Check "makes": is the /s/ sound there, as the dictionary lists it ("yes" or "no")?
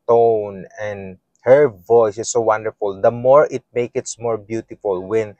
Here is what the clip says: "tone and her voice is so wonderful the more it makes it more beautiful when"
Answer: no